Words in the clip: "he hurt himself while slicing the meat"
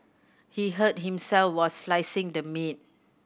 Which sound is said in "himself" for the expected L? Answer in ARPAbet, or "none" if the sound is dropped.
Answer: L